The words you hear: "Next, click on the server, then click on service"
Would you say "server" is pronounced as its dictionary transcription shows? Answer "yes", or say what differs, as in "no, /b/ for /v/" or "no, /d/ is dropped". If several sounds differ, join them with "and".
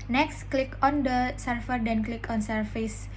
no, /f/ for /v/